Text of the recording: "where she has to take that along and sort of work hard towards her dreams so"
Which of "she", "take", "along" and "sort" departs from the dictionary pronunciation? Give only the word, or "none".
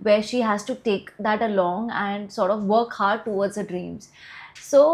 none